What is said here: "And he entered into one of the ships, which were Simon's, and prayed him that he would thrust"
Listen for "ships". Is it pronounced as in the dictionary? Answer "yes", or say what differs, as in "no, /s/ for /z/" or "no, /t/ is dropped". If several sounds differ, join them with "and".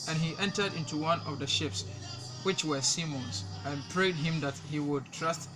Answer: yes